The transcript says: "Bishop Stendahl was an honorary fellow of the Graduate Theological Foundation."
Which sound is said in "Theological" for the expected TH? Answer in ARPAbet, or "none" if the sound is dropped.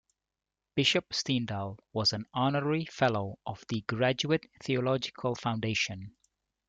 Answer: TH